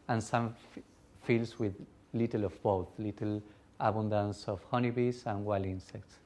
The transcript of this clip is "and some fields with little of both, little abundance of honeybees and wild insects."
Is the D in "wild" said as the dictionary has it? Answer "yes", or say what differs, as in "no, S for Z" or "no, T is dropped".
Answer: no, D is dropped